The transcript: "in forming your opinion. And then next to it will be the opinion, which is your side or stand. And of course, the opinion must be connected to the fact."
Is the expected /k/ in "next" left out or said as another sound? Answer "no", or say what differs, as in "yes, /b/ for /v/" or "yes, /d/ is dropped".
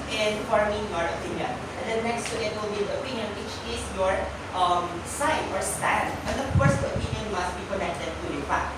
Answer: no